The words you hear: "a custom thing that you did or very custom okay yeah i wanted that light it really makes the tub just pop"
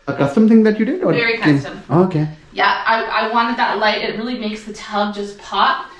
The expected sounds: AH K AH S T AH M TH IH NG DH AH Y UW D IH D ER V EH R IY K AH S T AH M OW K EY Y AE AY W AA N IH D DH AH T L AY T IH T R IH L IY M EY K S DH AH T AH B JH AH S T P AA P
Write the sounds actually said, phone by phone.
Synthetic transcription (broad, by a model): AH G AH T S AH M TH IH NG DH AH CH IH D IH D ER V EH R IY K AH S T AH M OW K EY Y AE AY W AA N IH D DH AH T L AY T IH T R IH L IY M EY K S DH AH T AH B JH AH S P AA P